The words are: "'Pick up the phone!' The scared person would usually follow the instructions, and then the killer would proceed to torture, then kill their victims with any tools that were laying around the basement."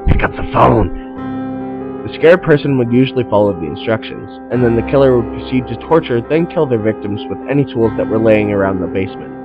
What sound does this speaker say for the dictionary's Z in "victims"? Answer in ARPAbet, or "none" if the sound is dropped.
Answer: Z